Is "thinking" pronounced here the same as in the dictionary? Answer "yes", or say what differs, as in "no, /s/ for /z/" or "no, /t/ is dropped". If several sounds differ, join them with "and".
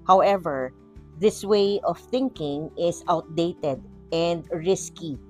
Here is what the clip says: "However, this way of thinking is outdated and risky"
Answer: yes